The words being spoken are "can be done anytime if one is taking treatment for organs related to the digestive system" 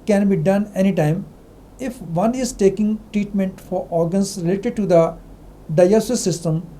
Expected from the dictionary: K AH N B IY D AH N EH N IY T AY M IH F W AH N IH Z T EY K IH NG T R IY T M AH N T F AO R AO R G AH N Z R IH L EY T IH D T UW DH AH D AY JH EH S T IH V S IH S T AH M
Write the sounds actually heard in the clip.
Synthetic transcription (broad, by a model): K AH N B IY D AH N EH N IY T AY M IH F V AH N IH Z T EY K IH NG T R IY T M AH N T F AO R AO R G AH N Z R IH L EY T IH D T UW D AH D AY AO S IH S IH S T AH M